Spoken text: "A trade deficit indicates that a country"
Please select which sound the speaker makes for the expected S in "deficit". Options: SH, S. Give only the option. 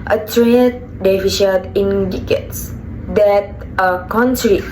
SH